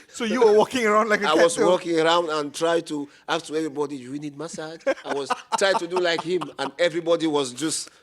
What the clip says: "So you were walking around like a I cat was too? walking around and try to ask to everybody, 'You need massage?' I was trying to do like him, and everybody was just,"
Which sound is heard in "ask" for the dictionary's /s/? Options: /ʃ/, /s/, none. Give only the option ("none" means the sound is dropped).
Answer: none